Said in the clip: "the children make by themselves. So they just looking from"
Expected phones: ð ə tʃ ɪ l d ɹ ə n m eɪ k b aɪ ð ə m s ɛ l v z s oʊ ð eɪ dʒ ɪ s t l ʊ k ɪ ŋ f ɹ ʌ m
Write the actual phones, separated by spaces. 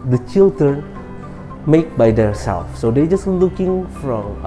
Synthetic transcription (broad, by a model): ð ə tʃ ɪ l d ɹ ə n m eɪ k b aɪ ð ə s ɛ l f s oʊ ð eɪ dʒ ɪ s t l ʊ k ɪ ŋ f ɹ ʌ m